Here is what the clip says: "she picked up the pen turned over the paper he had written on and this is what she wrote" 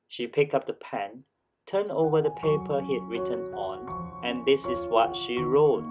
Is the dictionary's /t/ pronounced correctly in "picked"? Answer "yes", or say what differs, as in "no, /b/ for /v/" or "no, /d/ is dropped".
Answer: no, /t/ is dropped